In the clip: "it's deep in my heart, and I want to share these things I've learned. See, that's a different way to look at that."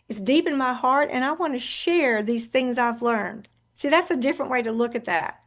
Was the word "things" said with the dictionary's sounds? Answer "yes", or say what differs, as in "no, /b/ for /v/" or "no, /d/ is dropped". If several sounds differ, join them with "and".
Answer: yes